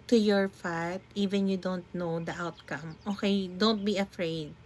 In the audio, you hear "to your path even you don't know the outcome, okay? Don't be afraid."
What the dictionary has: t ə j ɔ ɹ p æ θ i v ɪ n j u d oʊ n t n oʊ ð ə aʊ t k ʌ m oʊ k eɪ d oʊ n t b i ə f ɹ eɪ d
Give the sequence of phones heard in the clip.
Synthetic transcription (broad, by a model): t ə j ɔ ɹ f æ t i v ɪ n j u d oʊ n t n oʊ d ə aʊ t k ʌ m oʊ k eɪ d oʊ n t b i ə f ɹ eɪ d